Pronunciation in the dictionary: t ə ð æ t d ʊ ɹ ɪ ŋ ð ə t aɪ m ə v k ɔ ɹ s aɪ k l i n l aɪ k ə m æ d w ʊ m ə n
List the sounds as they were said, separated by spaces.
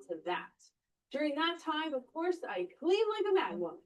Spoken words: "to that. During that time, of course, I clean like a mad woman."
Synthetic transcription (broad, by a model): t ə ð æ t d ʊ ɹ ɪ ŋ ð ə t aɪ m ə v k ɔ ɹ s aɪ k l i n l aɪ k ə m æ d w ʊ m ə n